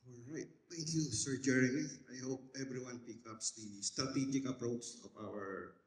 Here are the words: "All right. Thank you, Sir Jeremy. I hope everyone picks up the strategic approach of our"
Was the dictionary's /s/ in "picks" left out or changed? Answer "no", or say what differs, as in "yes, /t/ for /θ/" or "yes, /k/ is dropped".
yes, /s/ is dropped